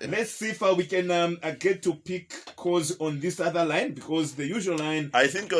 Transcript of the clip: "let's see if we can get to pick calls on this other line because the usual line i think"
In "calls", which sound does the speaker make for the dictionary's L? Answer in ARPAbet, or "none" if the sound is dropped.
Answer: none